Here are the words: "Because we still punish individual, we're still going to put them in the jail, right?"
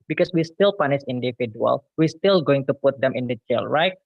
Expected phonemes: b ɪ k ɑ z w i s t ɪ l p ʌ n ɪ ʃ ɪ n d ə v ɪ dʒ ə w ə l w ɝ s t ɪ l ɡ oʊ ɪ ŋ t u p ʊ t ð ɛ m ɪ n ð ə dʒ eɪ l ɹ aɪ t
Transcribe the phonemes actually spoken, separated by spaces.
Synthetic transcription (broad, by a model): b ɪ k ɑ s w i s t ɪ l p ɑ n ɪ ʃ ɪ n d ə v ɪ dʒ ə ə l w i s t ɪ l ɡ oʊ ɪ ŋ t u p ʊ t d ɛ m ɪ n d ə tʃ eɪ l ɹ aɪ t